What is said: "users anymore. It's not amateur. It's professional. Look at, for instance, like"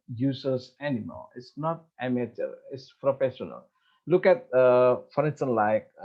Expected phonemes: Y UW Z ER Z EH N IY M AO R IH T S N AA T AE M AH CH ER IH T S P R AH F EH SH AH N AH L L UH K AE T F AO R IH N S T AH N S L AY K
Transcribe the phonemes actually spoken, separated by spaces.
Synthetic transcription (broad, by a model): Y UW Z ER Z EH N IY M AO L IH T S N AA T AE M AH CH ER IH T S P R AH F EH SH AH N AH L L UH K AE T F AO R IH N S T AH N L AY K